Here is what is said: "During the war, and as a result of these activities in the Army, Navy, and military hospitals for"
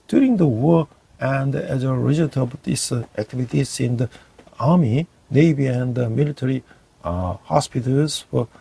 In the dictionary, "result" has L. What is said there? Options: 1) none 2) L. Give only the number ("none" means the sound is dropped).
1